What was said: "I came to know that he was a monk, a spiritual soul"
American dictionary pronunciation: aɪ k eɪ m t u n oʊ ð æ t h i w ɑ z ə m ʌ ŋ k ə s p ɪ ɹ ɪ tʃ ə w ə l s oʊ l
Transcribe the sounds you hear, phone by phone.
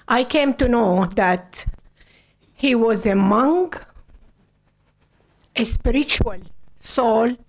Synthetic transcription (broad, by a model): aɪ k eɪ m t u n oʊ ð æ t h i w ɑ z ə m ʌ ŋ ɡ ə s p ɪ ɹ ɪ tʃ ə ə l s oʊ l